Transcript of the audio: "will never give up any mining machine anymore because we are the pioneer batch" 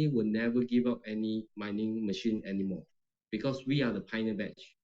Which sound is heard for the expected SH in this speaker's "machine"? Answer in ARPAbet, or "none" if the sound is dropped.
SH